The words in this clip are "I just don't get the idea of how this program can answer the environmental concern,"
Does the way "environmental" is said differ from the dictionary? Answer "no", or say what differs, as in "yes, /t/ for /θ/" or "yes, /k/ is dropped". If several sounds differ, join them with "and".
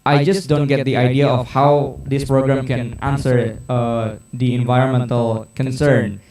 no